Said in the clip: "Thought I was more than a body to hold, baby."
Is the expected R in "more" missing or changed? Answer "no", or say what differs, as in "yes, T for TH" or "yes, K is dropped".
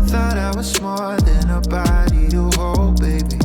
yes, L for R